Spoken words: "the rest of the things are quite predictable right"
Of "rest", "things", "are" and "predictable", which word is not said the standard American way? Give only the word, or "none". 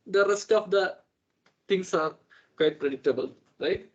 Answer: things